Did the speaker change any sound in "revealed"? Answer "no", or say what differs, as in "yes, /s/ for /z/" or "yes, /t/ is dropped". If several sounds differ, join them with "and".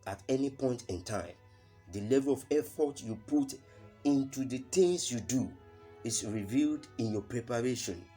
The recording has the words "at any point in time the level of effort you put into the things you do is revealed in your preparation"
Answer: no